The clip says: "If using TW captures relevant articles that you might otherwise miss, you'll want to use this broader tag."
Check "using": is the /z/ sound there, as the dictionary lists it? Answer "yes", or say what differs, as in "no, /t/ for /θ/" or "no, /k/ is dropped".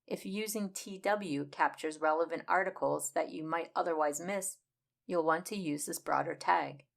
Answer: yes